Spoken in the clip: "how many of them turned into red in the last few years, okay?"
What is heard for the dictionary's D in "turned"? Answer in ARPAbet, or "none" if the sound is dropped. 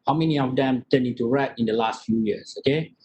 none